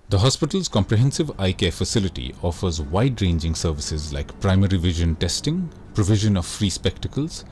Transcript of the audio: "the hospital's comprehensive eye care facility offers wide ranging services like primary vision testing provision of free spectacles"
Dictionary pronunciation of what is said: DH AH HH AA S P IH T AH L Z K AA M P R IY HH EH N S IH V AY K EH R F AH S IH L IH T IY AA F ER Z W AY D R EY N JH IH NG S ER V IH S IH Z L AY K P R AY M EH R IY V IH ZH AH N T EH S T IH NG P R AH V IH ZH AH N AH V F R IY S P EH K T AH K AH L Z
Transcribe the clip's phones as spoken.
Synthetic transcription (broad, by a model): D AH HH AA S P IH T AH L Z K AA M P R IY HH EH N S IH V AY K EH F AH S IH L IH T IY AA F ER Z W AY D R EY N JH IH NG S ER V IH S IH Z L AY K P R AY M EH R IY V IH ZH AH N T EH S T IH NG P R AH V IH ZH AH N AH V F R IY S P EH K T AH K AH L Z